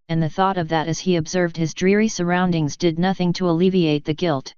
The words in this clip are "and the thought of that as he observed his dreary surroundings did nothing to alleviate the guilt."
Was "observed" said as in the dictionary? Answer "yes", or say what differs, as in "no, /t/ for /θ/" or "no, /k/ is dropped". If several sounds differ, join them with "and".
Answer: yes